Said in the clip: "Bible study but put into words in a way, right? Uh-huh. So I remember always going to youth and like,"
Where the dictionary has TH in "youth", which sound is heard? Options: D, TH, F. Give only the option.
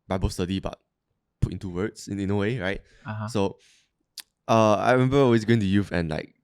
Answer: F